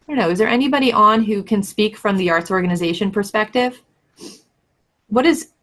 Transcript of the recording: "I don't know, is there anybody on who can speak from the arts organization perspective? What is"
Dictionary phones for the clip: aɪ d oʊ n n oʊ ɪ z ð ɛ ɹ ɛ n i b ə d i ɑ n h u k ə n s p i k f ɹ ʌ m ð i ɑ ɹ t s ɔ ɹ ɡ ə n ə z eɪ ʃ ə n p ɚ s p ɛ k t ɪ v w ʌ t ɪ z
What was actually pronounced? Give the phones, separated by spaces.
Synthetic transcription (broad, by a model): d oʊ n n oʊ ɪ z ð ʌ ɹ ɛ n i b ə d i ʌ n h u k ə n s p i k f ɹ ʌ m ð i ɑ ɹ t s ɔ ɹ ɡ ə n ə z eɪ ʃ ə n p ɚ s p ɛ k t ɪ v w ʌ t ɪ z